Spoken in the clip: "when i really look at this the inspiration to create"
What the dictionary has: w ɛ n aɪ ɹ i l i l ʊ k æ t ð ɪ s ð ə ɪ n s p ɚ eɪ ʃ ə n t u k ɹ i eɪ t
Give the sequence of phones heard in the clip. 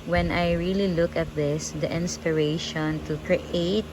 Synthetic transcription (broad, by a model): w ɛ n aɪ ɹ i l i l ʊ k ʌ t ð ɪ s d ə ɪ n s p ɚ eɪ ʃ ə n t u k ɹ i eɪ t